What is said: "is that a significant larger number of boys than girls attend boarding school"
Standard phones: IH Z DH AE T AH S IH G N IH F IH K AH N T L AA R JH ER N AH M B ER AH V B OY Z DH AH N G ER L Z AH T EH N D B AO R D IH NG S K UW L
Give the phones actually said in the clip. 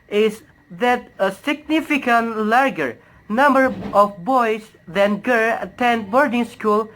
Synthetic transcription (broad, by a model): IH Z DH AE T AH S IH G N IH F IH K AH N T L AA R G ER N AH M B ER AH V B OY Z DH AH N G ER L AH T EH N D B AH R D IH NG S K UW L